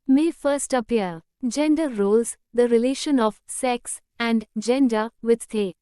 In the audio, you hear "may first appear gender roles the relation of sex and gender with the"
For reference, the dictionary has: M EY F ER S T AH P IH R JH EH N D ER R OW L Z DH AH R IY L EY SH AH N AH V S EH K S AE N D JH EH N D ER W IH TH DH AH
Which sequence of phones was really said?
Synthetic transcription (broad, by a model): M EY F ER S T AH P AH R JH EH N D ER R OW L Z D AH R IY L EY SH AH N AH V S EH K S AE N D JH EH N D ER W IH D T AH